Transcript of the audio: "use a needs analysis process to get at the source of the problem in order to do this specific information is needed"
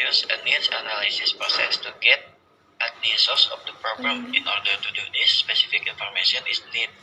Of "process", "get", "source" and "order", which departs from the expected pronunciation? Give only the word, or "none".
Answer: source